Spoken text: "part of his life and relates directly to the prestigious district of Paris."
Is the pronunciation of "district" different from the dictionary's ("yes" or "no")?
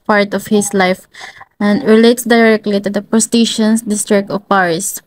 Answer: no